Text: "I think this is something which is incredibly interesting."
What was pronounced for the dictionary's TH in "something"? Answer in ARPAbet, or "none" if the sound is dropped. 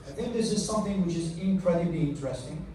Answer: TH